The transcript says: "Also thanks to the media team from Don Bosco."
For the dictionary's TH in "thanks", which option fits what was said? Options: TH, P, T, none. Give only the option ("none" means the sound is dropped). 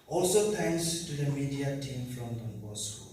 T